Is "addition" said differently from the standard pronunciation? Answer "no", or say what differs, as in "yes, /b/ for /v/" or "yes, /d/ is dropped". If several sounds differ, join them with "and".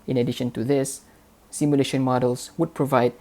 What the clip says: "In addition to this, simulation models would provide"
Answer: no